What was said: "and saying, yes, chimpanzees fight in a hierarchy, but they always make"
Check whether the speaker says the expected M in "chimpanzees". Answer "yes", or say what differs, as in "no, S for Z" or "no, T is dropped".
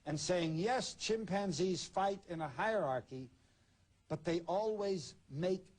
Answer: yes